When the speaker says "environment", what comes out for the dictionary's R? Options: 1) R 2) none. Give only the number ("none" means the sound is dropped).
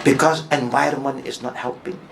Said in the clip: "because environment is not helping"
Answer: 1